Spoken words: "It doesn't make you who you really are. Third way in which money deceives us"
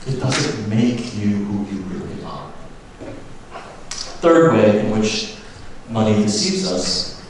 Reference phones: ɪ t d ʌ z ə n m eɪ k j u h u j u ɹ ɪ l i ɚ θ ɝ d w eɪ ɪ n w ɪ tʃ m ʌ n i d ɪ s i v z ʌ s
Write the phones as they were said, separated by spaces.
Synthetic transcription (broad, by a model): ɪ t d ʌ z ə n m eɪ k j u h u j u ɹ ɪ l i ɚ θ ɝ d w eɪ ɪ n w ɪ tʃ m ʌ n i d ɪ s i v z ʌ s